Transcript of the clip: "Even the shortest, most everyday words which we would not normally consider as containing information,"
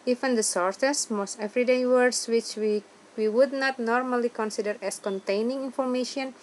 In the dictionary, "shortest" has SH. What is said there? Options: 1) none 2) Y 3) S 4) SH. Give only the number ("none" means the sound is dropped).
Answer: 3